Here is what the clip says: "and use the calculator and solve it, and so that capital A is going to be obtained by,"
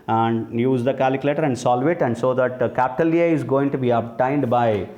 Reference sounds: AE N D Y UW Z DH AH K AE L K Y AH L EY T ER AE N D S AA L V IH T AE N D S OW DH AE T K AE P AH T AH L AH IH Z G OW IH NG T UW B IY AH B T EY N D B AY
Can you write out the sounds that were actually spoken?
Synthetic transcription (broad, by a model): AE N D Y UW Z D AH K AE L K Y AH L EY T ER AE N D S AA L V IH T AE N D S OW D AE T K AE P AH T AH L AH IH Z G OW IH NG T UW B IY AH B T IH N D B AY